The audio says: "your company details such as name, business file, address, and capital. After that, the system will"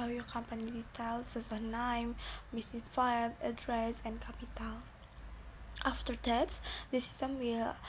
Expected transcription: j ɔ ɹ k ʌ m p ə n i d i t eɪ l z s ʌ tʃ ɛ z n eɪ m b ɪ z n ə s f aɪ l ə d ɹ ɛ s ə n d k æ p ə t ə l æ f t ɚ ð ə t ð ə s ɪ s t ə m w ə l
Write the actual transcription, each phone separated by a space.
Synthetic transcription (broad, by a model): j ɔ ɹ k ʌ m p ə n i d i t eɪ l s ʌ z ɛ n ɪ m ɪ s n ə f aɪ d ə d ɹ ɛ s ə n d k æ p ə t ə l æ f t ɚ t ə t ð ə s ɪ s t ə m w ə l